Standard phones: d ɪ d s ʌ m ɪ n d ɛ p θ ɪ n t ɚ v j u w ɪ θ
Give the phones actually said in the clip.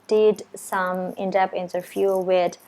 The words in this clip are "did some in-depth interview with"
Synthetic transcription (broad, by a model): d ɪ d s ʌ m ɪ n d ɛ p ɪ n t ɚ f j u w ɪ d